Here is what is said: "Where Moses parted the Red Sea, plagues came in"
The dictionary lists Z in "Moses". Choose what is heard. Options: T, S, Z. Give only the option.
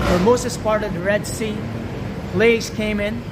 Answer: S